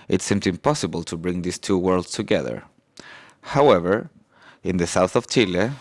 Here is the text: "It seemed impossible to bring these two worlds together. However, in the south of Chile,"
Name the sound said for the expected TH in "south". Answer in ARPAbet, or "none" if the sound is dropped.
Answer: TH